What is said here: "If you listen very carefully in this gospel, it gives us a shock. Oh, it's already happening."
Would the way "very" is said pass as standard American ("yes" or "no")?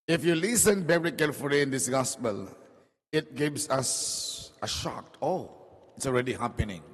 no